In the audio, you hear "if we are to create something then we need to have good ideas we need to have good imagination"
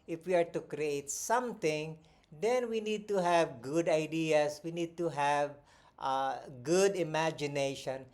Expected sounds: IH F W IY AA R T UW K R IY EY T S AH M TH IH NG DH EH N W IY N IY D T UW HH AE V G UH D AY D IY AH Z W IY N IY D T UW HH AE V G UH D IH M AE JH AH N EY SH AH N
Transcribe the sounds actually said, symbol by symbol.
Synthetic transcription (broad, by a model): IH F W IY AA R T UW K R IY EY T S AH M T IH NG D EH N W IY N IY D T UW HH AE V G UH D AY D IY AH S W IY N IY D T UW HH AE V G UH D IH M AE JH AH N EY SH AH N